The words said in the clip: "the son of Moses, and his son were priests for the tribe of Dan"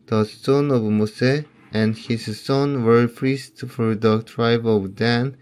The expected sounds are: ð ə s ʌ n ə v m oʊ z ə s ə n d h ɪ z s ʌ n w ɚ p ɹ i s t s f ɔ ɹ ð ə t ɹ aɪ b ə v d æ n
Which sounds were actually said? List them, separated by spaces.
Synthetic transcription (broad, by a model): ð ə s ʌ n ə v m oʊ s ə ə n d h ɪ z s ʌ n w ɚ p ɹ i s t f ɔ ɹ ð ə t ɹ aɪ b ə v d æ n